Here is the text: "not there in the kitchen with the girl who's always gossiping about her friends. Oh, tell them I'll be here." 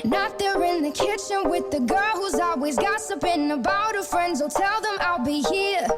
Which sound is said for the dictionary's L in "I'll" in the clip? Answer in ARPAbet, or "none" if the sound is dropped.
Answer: L